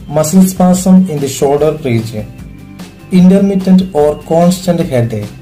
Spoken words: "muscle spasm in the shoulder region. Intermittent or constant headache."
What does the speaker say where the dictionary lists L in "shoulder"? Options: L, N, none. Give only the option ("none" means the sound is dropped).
none